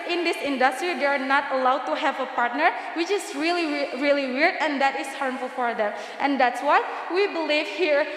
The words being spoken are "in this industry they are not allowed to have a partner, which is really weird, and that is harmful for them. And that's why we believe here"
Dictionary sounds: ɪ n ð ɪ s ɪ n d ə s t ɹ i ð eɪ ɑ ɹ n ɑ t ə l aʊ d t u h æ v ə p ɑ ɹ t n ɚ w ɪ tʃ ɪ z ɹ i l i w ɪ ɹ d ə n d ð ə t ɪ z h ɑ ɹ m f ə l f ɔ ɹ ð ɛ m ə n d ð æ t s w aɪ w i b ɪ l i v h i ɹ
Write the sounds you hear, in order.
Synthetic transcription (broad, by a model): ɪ n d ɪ s ɪ n d ə s t ɹ i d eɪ ɑ ɹ n ɑ t ə l aʊ d t u h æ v ə p ɑ ɹ t n ɚ w ɪ tʃ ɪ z ɹ i l i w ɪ ɹ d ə n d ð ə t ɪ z h ɑ ɹ m f ə l f ɔ ɹ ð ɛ m ə n d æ t s w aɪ w i b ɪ l i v h i ɹ